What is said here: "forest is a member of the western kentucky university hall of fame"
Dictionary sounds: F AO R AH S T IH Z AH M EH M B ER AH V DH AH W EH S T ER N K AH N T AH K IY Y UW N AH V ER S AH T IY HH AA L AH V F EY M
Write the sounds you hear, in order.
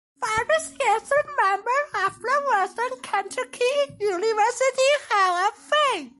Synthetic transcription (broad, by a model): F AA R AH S IH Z AH M EH M B ER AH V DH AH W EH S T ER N K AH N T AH K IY Y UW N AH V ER S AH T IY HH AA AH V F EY